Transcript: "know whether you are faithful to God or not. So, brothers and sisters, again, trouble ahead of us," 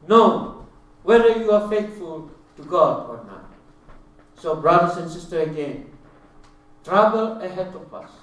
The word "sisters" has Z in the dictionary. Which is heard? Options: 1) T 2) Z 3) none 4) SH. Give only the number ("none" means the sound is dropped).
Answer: 3